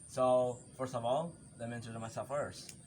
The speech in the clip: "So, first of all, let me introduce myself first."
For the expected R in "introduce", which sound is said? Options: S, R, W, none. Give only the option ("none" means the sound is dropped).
none